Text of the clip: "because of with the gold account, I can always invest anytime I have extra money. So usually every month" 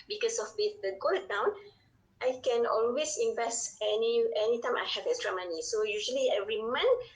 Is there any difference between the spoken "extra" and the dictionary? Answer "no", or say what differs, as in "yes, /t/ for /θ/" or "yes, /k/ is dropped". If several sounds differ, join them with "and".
yes, /k/ is dropped